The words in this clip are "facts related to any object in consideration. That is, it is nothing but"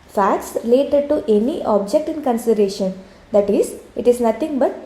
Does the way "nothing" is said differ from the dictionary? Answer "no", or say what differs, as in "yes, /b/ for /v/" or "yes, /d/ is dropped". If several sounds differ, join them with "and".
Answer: yes, /t/ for /θ/